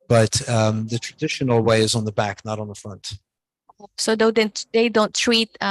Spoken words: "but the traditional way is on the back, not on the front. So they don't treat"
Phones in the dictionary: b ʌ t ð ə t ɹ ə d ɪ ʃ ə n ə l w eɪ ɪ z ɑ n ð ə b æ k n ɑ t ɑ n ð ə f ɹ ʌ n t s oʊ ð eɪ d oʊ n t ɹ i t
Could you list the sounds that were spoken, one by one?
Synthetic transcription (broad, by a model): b ʌ t ð ə t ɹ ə d ɪ ʃ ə n l w eɪ ɪ z n ð ə b æ k n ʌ t n ð ə f ɹ ʌ n t s oʊ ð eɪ d oʊ n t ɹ i t